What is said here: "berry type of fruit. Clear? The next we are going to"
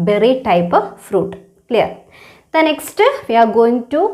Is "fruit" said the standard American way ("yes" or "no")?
yes